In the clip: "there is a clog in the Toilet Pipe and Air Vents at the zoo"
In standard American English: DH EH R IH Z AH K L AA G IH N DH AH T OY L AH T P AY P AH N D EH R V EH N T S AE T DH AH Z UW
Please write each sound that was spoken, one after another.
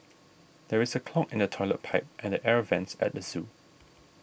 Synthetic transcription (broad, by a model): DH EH R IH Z AH K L AA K IH N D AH T OY L AH T P AY P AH N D EH R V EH N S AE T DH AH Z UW